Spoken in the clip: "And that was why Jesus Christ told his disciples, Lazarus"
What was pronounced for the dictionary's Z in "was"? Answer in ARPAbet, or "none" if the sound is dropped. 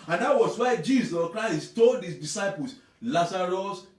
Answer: S